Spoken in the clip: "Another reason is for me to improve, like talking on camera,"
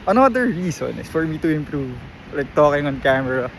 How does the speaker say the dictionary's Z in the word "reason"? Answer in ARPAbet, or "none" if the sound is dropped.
S